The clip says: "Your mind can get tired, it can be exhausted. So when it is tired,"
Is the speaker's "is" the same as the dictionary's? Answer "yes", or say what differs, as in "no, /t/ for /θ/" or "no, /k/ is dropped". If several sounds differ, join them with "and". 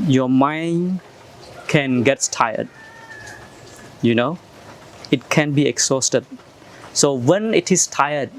no, /s/ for /z/